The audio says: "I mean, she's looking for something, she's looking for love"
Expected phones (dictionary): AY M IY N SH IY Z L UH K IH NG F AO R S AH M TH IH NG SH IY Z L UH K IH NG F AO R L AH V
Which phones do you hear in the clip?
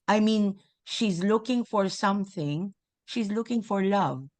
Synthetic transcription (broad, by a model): AY M IY N SH IY Z L UH K IH NG F AO R S AH M TH IH NG SH IY Z L UH K IH NG F AO R L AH V